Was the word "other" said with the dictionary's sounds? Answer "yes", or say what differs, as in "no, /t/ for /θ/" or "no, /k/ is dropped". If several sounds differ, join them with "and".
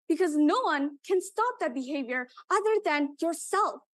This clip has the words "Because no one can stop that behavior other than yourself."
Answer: yes